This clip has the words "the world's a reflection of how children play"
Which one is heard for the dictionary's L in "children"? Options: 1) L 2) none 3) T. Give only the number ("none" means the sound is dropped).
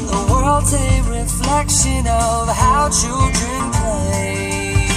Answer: 2